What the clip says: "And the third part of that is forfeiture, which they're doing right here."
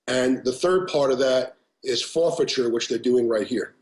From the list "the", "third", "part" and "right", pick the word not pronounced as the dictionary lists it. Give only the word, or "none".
none